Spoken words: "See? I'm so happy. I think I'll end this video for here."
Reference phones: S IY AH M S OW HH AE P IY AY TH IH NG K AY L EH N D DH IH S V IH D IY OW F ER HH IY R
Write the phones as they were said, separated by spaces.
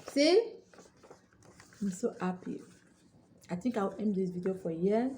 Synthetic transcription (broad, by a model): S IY AH M S OW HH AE P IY AY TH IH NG K AY W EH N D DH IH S V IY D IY OW F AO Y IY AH